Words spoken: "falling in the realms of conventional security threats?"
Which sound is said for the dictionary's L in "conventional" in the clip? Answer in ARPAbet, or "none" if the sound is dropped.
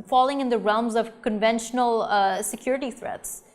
L